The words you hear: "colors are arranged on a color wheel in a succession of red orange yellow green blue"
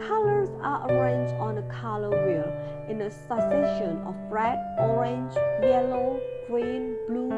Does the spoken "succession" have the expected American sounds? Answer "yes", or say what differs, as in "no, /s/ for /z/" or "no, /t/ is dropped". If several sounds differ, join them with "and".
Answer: no, /k/ is dropped